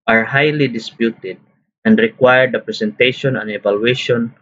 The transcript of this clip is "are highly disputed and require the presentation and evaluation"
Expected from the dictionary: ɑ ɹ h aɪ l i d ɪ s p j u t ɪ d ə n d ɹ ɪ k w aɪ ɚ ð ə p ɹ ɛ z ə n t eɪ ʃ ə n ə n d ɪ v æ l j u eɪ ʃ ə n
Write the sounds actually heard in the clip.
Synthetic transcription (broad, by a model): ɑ ɹ h aɪ l i d ɪ s p j u t ɪ d ə n d ɹ ɪ k w aɪ ɚ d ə p ɹ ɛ s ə n t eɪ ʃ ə n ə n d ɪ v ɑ l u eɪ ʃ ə n